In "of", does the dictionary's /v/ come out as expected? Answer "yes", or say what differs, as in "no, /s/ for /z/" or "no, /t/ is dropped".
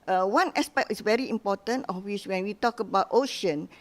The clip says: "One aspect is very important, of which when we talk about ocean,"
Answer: no, /f/ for /v/